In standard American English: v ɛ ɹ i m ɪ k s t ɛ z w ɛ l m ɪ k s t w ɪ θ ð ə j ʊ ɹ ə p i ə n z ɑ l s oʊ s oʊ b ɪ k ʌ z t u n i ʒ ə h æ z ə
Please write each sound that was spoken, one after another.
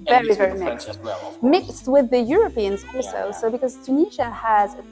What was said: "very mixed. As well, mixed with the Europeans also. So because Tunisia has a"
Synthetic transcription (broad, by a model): v ɛ ɹ i m ɪ k s t m ɪ k s t w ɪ ð ə j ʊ ɹ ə p i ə n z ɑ s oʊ s oʊ b ɪ k ʌ z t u n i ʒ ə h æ z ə